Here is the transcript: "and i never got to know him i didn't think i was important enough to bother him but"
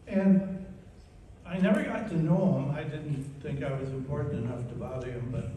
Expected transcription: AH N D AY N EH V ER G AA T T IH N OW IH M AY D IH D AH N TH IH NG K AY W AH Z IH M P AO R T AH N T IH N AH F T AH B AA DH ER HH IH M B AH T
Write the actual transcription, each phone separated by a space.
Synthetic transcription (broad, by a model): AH N AY N EH V ER G AA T T IH N OW IH M AY D IH D N TH IH NG K AY W AH Z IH M P AO R T N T IH N AH F T AH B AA UH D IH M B AH T